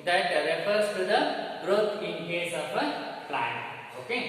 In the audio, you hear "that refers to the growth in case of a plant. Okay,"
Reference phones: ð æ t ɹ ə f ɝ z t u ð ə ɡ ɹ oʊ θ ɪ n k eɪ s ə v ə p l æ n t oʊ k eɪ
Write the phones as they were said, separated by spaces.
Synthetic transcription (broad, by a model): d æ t ɹ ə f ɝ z t u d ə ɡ ɹ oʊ t ɪ n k eɪ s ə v ə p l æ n oʊ k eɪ